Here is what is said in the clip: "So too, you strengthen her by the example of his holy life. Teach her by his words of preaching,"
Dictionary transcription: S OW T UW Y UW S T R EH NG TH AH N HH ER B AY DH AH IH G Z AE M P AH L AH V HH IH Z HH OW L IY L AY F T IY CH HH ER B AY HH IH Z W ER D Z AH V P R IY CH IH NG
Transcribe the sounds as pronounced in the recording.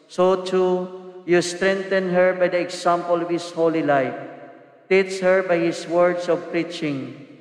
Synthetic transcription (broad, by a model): S OW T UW Y UW S T R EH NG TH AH N HH ER B AY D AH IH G S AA M P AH L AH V HH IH S HH OW L IY L AY F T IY S HH ER B AY HH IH S W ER D S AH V P R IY CH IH NG